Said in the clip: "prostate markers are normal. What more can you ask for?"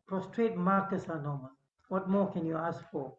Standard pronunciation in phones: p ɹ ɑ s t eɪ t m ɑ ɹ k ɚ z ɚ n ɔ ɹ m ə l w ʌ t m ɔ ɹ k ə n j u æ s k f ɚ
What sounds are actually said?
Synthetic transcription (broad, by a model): p ɹ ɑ s t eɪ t m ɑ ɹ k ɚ s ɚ n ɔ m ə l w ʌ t m ɔ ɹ k ə n j u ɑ s k f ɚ